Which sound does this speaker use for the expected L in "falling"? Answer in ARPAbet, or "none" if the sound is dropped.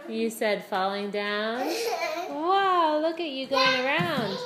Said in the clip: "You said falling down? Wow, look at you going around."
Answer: L